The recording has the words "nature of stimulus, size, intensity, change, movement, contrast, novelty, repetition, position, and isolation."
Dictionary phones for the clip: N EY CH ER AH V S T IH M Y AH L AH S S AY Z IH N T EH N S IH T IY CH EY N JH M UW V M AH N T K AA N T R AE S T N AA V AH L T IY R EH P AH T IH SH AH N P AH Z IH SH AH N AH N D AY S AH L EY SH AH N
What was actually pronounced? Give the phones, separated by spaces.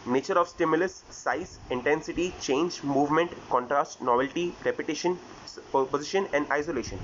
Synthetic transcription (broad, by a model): N EY CH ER AH V S T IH M Y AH L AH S S AY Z IH N T EH N S IH T IY CH EY N JH M UW V M AH N T K AA N T R AE S T N AA V AH L T IY R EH P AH T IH SH AH N P AH Z IH SH AH N AH N D AY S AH L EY SH AH N